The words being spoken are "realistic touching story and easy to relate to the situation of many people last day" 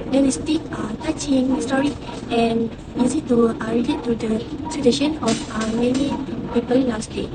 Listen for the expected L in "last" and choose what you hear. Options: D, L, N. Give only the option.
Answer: N